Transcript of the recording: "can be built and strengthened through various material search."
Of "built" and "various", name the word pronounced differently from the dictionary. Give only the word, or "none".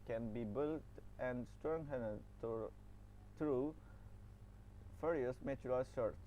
various